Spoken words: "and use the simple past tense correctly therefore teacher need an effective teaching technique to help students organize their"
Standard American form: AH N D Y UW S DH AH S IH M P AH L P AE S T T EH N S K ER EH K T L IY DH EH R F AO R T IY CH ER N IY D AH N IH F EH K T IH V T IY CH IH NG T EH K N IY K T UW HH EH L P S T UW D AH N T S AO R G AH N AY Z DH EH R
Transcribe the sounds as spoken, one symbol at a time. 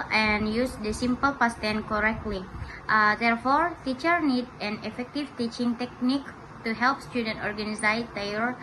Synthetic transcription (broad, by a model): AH N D Y UW S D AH S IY M P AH L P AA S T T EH N K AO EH K T L IY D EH R F AO R T IY CH ER N IY D AH N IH F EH K T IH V T IY CH IH NG T EH K N IY K T UW HH EH L P S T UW D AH N T AO R G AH N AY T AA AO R